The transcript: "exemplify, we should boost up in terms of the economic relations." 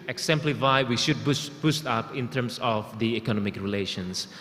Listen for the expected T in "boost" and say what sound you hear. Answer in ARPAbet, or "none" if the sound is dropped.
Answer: T